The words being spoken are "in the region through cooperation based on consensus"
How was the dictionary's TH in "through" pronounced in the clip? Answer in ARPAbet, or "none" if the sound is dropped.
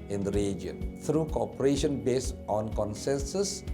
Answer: T